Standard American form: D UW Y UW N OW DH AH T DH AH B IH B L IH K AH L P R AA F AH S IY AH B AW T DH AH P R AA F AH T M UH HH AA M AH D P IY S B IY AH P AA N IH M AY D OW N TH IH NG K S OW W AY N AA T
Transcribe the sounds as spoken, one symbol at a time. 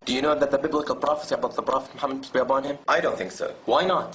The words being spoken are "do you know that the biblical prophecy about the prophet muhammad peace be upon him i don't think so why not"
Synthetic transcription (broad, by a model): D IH Y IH N OW DH AH T DH AH B IH B L IH K AH L P R AA F AH S IY AH B AW T DH AH P R AA F AH T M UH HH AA M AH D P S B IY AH B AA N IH M AY D OW N TH IH NG K S OW W AY N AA T